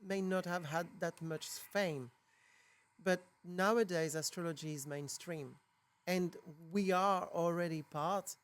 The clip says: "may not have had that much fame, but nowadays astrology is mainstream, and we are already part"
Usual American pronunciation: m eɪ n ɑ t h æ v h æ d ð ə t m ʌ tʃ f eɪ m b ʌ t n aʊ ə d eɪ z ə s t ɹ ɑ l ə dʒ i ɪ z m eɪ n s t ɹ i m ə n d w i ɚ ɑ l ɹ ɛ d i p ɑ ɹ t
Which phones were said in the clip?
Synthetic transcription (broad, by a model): m eɪ n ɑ t h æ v h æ d ð ə t m ʌ tʃ f eɪ m b ʌ t n aʊ ə d eɪ z ə s t ɹ ɑ l ə dʒ i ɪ z m eɪ n s t ɹ i m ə n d w i ɚ ɑ l ɹ ɛ d i p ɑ ɹ t